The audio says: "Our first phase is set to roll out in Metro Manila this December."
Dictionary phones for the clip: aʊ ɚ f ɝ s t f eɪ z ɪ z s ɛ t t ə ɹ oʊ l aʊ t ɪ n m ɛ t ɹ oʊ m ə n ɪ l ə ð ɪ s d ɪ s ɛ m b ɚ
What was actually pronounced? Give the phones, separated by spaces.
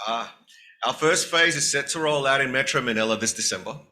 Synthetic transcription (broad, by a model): aʊ ɚ f ɝ s t f eɪ z ɪ z s ɛ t t ə ɹ oʊ l aʊ t ɪ n m ɛ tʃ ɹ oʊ m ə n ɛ l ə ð ɪ s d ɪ s ɛ m b ɚ